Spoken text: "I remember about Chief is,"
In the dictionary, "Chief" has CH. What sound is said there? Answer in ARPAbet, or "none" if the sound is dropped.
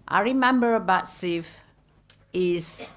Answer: S